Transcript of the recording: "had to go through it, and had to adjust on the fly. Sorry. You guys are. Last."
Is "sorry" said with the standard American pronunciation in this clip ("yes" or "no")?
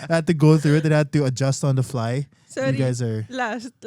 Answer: no